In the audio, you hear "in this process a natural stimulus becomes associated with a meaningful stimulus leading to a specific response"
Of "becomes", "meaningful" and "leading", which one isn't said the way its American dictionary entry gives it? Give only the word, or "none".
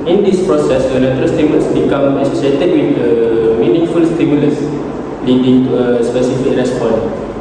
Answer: becomes